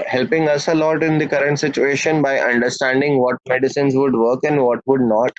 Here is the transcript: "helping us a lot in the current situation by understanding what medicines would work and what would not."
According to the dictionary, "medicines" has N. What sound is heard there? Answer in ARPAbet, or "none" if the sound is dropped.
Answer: N